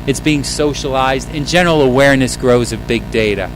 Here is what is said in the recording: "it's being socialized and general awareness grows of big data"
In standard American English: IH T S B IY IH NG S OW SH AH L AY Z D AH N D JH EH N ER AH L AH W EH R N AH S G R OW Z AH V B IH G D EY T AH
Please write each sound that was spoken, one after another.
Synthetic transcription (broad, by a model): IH T S B IY IH NG S OW SH AH L AY Z D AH N JH EH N ER L AH W EH R N AH S G R OW Z AH V B IH G D EY T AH